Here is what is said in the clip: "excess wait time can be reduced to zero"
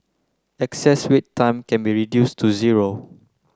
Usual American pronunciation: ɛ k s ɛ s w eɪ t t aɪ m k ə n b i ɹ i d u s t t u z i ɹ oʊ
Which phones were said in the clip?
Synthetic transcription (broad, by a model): ɛ k s ɛ s w eɪ t t aɪ m k ə n b i ɹ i d u s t t u z i ɹ oʊ